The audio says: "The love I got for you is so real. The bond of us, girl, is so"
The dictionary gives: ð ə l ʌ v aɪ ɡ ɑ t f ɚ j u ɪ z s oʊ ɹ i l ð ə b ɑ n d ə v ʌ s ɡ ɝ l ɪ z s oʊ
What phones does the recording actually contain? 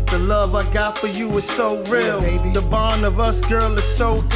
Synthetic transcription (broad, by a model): ð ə l ʌ v aɪ ɡ ɑ t f ɚ j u ɪ z s oʊ ɹ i l ð ə b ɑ n ə v ʌ s ɡ ɝ l ɪ z s oʊ